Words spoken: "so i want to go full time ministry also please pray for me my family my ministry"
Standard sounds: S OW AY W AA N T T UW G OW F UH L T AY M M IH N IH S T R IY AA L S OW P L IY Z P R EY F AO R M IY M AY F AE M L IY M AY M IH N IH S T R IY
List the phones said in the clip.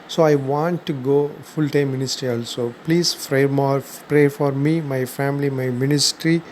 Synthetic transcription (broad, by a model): S OW AY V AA N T T UW G OW F UH L T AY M M IH N IH S T R IY AA L S OW P L IY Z P R EY F AO R M IY M AY F AE M L IY M AY M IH N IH S T R IY